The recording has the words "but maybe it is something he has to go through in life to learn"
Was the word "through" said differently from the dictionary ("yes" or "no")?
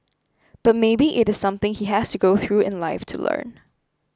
no